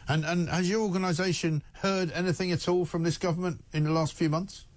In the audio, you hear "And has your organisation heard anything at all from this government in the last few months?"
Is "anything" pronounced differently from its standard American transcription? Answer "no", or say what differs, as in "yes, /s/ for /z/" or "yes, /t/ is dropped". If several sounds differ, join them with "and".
no